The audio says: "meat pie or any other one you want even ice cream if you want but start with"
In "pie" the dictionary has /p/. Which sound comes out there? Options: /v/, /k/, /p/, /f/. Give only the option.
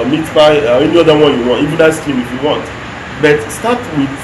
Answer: /f/